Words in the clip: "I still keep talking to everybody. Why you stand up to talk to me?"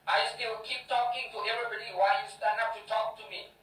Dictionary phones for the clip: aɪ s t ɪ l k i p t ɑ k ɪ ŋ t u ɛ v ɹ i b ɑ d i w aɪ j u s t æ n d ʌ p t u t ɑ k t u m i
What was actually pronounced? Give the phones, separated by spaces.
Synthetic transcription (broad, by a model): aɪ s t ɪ w k i p t ɑ k ɪ ŋ t u ɛ v ɹ i b ɑ d i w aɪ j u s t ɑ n ʌ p t u t ɑ k t u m i